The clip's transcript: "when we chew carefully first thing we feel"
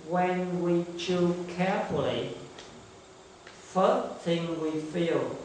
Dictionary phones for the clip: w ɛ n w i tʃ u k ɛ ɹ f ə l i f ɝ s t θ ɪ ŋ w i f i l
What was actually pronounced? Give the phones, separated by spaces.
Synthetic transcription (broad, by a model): w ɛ n w i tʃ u k ɛ ɹ f ə l i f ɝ t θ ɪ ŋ w i f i l